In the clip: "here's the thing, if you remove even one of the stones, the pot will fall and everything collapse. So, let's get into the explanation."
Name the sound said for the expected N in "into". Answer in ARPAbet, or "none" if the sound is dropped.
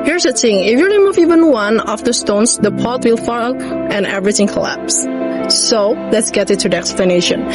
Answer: none